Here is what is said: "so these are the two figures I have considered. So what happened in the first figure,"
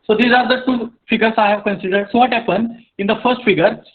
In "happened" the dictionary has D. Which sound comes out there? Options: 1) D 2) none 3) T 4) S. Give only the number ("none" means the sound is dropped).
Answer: 2